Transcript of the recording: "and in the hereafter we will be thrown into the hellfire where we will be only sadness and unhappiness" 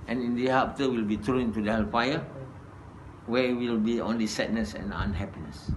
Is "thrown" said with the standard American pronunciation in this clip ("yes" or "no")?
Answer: no